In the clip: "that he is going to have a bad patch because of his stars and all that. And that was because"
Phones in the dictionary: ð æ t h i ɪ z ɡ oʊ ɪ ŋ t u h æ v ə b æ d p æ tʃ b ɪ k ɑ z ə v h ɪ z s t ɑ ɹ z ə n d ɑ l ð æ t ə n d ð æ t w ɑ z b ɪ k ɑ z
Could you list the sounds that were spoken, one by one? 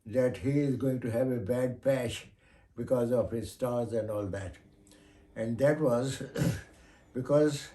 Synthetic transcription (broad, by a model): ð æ t h i ɪ z ɡ oʊ ɪ ŋ t u h æ v ə b æ d p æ ʃ b ɪ k ɑ z ə v h ɪ z s t ɑ ɹ z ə n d ɑ l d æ t ə n d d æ t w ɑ z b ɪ k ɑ z